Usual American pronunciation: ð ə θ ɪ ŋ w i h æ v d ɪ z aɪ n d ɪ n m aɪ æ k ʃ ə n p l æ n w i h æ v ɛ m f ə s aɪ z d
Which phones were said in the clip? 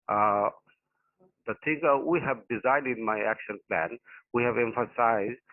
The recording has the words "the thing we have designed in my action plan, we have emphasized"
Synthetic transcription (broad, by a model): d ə t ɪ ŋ w i h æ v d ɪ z aɪ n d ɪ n m aɪ æ k ʃ ə n p l æ n w i h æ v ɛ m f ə s aɪ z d